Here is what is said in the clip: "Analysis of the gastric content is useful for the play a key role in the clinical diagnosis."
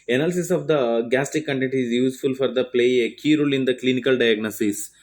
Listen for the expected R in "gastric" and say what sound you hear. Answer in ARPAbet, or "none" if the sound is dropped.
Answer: none